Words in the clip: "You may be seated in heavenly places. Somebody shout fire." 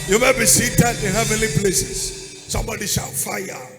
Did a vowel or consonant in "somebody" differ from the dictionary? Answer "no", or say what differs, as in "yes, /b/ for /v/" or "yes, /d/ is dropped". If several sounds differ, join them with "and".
no